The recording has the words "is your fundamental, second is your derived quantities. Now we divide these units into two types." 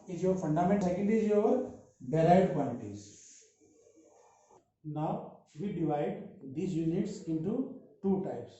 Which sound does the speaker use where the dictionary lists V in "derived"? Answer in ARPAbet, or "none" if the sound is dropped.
none